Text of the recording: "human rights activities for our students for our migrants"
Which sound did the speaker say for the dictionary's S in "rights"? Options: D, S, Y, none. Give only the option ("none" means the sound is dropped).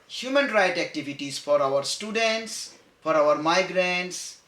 none